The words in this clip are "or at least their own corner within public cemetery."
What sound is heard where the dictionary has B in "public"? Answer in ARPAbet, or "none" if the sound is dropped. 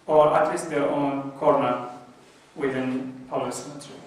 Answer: none